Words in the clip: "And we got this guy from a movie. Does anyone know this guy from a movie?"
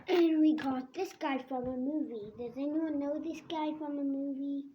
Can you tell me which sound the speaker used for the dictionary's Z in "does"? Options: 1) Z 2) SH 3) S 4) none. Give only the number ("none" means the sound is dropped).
1